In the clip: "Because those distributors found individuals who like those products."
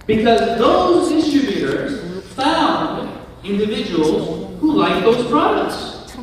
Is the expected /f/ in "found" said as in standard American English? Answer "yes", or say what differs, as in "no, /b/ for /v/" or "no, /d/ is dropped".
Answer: yes